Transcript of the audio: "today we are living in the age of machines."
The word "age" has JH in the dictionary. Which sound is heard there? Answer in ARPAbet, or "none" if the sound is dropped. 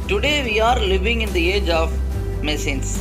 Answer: JH